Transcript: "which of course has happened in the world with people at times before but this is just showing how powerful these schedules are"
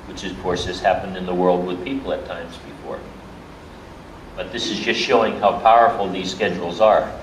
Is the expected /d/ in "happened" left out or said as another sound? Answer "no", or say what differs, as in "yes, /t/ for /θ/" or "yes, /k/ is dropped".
no